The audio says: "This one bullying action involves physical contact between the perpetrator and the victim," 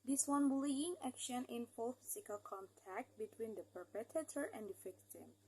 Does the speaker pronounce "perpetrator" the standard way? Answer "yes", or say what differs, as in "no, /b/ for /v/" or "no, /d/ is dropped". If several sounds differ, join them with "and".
no, /ɹ/ is dropped